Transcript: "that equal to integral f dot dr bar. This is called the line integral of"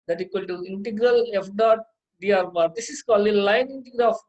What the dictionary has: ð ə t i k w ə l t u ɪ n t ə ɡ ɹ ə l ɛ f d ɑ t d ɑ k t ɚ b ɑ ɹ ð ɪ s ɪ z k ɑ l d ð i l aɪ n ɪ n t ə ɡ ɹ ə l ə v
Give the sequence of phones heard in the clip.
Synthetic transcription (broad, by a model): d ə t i k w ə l t u ɪ n t ə ɡ ɹ ə l ɛ f d ɑ t d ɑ t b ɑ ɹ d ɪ s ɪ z k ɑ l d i l aɪ n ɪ n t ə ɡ ɹ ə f